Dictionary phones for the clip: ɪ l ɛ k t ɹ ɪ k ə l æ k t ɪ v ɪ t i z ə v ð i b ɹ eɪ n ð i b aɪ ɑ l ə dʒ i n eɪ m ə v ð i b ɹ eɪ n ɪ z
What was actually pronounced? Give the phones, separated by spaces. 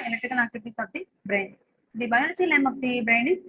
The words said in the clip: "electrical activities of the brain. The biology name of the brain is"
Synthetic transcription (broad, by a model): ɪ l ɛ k t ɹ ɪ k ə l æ k t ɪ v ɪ t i s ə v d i b ɹ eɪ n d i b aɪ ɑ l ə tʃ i l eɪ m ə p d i b ɹ eɪ n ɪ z